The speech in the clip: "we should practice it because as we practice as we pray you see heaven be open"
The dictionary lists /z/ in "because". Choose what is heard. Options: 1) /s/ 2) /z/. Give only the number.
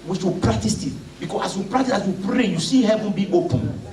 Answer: 1